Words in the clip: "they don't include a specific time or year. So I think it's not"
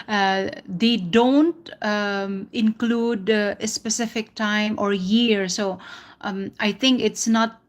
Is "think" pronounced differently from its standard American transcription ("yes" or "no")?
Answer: yes